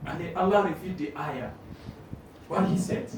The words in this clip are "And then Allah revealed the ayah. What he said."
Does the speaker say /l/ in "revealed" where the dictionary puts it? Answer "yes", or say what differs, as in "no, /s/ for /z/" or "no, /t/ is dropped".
no, /l/ is dropped